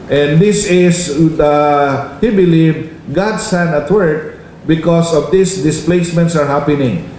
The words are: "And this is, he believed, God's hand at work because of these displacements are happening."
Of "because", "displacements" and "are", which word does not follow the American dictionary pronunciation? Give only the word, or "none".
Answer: because